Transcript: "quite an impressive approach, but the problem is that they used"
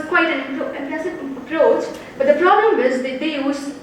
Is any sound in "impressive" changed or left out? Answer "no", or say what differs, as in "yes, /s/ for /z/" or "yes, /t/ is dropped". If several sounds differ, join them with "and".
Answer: yes, /ɹ/ is dropped